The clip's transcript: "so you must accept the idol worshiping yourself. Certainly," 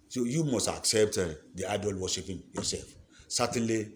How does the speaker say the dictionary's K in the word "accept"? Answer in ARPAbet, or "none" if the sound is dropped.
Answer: K